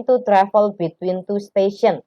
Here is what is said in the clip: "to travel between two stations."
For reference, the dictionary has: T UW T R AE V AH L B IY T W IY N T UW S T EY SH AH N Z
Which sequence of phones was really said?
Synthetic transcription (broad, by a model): T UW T R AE F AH L B IY T W IY N T UW S T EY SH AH N